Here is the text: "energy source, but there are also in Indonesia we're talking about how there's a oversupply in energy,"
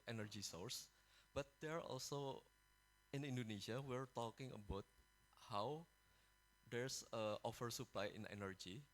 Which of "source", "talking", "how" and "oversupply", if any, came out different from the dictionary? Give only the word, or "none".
oversupply